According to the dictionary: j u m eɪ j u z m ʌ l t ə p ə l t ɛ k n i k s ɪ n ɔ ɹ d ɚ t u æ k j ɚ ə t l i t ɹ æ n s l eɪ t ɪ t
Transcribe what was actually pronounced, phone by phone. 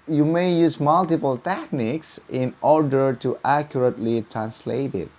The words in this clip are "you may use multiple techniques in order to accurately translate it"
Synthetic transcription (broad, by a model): j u m eɪ j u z m ʌ l t ə p ə l t ɛ k n i k s ɪ n ɔ ɹ d ɚ t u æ k j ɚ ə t l i t ɹ æ n s l eɪ t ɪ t